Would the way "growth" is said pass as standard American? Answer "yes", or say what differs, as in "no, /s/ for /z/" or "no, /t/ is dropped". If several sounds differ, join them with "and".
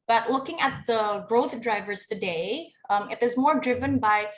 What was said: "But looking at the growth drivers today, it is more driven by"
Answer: yes